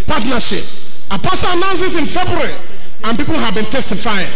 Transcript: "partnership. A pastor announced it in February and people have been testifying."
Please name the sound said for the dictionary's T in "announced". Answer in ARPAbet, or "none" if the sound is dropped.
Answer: none